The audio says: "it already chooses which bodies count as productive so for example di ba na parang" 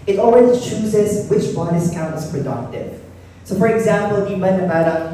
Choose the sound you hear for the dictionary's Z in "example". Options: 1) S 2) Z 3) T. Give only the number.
2